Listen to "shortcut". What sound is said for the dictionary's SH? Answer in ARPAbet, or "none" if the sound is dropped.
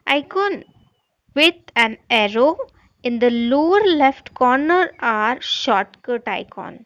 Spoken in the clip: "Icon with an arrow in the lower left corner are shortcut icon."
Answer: SH